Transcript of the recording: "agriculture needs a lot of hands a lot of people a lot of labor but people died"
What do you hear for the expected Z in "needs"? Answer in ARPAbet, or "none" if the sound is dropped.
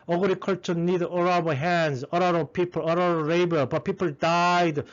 none